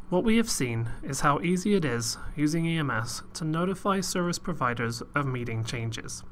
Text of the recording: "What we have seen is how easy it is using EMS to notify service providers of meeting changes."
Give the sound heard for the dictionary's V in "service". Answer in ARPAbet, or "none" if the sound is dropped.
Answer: V